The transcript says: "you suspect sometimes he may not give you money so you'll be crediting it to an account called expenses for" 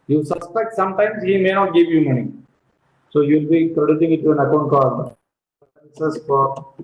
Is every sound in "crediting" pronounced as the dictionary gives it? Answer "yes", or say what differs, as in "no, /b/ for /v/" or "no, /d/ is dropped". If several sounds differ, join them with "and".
no, /s/ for /t/